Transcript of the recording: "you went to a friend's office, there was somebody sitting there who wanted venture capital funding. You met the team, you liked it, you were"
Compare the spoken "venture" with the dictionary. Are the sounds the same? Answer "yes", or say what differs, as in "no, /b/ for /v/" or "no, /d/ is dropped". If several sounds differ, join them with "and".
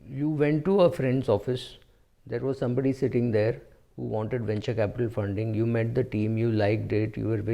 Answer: yes